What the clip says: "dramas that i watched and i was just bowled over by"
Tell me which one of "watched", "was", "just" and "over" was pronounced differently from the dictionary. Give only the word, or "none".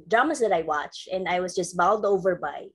none